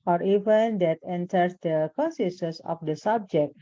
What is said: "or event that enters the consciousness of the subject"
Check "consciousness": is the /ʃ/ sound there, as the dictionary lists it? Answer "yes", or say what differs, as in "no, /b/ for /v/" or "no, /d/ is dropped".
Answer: no, /s/ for /ʃ/